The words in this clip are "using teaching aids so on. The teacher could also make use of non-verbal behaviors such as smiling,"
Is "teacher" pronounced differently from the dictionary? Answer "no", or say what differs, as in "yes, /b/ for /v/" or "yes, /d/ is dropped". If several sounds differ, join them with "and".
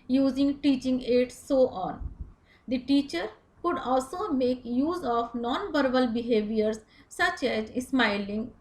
no